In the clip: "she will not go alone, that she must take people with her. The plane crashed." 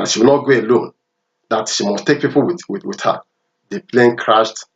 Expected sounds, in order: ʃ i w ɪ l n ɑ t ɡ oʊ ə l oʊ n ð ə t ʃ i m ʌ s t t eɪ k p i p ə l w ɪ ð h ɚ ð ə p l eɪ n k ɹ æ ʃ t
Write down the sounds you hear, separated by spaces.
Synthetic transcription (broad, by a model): ʃ i w ɪ l n ɑ t ɡ oʊ ə l oʊ n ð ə t ʃ i m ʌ s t t eɪ k p i p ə w w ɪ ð h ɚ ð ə p l eɪ n k ɹ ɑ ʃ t